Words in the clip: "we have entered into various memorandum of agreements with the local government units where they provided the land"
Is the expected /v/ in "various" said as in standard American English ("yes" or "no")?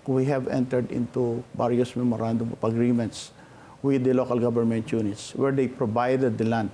no